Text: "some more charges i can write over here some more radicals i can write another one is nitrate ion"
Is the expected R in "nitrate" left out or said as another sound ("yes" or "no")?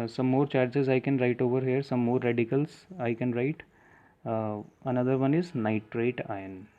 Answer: no